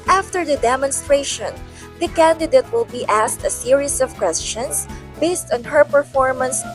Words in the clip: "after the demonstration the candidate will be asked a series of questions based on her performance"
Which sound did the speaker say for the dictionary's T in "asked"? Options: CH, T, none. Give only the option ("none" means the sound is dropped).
T